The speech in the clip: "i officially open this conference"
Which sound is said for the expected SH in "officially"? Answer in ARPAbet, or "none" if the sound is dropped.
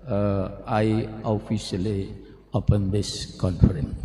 S